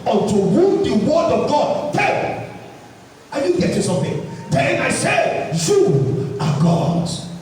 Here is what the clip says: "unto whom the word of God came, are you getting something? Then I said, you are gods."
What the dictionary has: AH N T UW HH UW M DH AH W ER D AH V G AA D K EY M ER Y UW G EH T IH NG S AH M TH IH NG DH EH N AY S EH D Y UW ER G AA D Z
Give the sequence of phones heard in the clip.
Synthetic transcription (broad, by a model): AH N T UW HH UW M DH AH W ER D AH V G AA D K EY ER Y UW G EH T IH S AH M TH IH NG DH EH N AY S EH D Y UW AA G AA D